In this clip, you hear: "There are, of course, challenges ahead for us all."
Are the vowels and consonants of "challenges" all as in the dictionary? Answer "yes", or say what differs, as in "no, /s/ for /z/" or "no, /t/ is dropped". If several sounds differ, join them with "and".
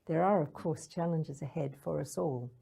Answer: yes